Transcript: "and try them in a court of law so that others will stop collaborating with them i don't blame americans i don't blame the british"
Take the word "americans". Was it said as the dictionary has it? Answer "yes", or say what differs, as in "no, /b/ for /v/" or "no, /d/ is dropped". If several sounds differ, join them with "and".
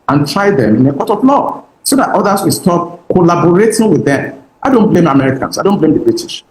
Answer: no, /s/ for /z/